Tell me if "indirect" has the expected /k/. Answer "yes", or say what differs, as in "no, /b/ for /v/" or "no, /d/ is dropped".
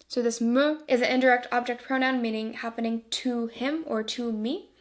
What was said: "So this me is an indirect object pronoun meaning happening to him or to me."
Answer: yes